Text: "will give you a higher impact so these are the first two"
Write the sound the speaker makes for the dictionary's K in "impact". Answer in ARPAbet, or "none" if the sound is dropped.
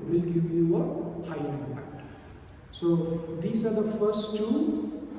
none